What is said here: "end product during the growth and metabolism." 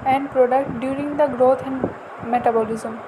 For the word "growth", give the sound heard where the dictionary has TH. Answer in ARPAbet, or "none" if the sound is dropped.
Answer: T